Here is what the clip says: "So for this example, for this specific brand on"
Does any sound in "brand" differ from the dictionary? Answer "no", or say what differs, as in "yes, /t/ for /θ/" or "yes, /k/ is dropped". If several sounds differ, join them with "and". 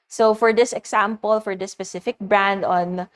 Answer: no